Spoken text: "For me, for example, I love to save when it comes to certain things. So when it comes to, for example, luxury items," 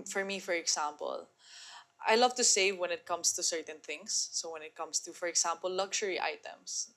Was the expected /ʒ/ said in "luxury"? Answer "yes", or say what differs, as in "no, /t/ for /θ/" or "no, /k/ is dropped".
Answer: no, /ʃ/ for /ʒ/